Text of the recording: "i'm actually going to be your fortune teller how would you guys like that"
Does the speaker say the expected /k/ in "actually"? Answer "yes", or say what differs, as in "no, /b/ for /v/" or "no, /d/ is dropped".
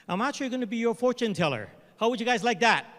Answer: no, /k/ is dropped